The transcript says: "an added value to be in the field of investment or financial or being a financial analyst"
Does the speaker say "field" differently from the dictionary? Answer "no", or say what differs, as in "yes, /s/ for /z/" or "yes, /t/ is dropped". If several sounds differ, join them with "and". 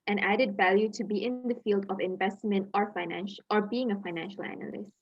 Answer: no